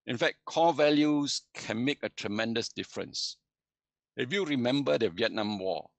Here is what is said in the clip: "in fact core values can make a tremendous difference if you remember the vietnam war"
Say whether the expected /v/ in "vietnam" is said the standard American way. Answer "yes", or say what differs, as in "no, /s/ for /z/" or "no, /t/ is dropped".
yes